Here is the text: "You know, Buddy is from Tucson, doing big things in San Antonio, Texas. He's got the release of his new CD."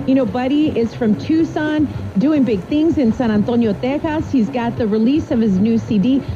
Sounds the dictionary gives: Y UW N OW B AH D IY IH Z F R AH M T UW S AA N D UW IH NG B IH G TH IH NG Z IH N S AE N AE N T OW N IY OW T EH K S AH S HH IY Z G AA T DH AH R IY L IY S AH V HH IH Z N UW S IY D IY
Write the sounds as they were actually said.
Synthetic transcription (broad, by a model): Y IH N OW B AH D IY IH Z F R AH M T UW S AA N D UW IH NG B IH G TH IH NG Z IH N S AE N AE N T OW N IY OW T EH K AH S HH IY Z G AA T DH AH R IY L IY S AH V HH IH Z N UW S IY D IY